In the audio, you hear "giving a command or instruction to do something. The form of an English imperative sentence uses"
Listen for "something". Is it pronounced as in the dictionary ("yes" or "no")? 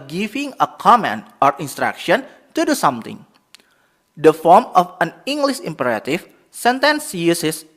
no